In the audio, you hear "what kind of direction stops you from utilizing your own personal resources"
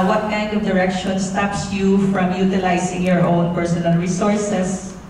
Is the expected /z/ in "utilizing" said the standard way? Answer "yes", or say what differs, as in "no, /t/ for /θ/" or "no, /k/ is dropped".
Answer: no, /s/ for /z/